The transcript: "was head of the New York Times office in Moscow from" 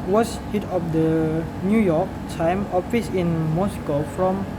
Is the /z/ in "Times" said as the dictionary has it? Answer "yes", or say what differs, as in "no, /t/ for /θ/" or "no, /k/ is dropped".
no, /z/ is dropped